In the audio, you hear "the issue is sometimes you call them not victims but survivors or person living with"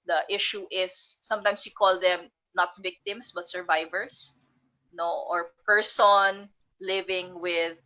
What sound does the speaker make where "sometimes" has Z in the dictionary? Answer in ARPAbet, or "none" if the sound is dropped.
S